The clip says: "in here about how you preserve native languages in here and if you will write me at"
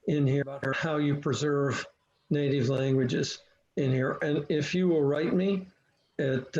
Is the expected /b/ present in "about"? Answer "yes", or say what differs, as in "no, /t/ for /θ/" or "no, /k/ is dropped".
no, /b/ is dropped